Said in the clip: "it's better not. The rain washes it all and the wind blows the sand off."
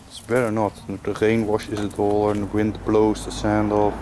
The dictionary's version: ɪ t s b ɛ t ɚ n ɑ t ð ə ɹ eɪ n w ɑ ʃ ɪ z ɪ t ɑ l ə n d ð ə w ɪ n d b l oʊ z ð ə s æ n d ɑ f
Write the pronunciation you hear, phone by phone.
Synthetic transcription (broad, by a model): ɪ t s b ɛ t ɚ n ɑ t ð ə ɹ eɪ n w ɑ ʃ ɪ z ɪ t ɑ l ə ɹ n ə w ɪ n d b l oʊ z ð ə s æ n d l